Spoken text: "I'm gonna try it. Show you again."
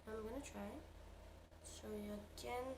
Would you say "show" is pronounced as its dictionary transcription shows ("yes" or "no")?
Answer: no